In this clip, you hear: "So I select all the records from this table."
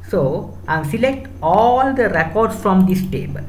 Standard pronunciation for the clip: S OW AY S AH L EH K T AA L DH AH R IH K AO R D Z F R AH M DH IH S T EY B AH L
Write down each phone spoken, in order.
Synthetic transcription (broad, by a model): S OW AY S AH L EH K T AA L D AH R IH K AO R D S F R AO M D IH S T EY B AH L